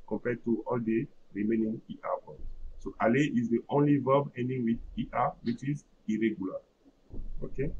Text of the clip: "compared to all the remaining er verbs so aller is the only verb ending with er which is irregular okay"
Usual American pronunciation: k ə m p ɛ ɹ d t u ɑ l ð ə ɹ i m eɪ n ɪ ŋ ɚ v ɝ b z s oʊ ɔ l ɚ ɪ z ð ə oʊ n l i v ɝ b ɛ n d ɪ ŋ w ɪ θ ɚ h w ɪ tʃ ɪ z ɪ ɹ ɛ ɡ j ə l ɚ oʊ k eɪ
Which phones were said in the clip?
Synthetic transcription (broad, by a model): k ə m p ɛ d t u ɑ l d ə ɹ i m eɪ n ɪ ŋ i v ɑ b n s oʊ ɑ l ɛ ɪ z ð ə oʊ n l i v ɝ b ɛ n d ɪ ŋ w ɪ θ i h w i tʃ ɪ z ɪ ɹ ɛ ɡ j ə l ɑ oʊ k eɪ